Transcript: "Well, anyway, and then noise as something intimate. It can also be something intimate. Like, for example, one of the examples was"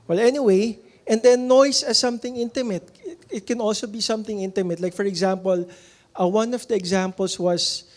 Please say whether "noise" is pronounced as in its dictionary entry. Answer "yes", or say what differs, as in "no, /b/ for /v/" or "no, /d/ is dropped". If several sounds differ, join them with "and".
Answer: no, /s/ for /z/